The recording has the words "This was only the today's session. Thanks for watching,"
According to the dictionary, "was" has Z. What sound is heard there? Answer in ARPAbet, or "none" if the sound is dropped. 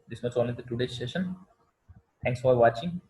S